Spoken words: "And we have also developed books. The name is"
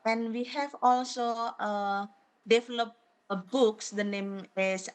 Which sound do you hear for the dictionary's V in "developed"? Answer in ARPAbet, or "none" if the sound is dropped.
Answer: F